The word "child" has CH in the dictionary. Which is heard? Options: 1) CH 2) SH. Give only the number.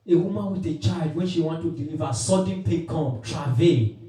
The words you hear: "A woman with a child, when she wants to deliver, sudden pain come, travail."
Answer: 1